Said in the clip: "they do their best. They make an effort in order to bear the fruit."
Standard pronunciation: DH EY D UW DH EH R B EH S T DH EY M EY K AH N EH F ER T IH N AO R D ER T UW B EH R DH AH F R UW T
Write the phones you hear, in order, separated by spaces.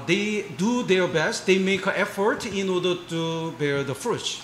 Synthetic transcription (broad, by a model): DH EY D UW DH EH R B EH S T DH EY M EY K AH EH F ER T IH N AO R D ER T UW B EH R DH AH F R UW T